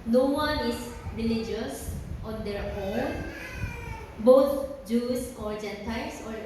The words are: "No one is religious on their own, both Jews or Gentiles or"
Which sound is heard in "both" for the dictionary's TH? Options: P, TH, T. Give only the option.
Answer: T